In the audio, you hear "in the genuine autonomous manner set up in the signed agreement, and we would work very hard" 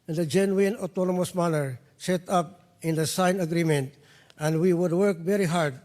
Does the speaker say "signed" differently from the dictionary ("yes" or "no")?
yes